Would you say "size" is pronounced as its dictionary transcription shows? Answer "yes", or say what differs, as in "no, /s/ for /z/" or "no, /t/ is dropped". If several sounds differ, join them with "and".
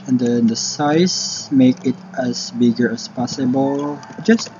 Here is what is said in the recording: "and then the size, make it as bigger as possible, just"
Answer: no, /s/ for /z/